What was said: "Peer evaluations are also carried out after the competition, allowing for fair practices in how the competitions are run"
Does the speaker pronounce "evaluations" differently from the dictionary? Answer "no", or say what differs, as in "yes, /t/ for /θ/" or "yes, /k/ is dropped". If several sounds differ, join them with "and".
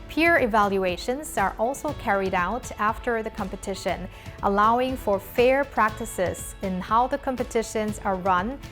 no